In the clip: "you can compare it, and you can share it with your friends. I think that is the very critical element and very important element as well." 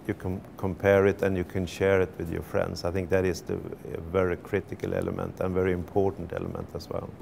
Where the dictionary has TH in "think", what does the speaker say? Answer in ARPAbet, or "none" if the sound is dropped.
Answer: TH